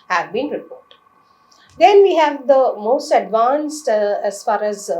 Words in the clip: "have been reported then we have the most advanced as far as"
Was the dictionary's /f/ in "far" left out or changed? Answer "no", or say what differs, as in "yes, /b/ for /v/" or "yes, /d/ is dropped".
no